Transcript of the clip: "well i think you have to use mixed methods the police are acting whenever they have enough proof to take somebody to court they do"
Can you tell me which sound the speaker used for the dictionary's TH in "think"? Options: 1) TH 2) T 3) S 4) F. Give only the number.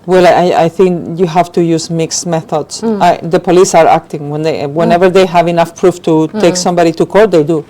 1